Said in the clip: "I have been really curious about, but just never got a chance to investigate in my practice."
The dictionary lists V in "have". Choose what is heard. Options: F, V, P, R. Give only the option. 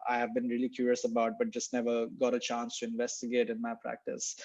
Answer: V